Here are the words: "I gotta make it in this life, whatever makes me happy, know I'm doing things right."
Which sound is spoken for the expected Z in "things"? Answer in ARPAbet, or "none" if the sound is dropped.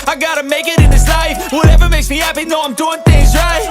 Z